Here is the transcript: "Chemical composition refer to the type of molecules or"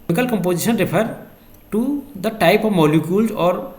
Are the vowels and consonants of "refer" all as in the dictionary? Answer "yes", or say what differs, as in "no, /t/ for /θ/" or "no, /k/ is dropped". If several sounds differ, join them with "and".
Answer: no, /p/ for /f/